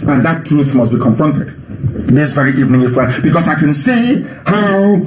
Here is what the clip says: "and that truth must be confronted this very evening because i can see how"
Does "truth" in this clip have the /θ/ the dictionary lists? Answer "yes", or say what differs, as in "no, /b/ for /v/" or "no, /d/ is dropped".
yes